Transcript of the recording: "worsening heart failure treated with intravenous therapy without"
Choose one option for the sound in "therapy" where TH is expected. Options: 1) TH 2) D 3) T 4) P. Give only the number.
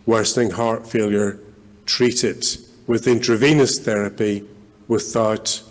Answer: 1